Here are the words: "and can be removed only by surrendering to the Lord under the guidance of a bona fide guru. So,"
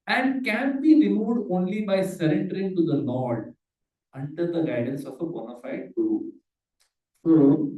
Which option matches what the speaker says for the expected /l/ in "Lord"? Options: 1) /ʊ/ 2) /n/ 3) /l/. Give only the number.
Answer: 2